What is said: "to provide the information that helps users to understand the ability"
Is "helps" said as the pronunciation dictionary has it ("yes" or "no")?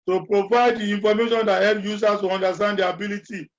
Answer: no